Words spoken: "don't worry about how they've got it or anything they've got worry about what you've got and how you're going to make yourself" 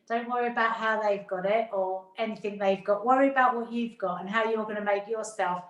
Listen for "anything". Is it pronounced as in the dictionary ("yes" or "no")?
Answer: yes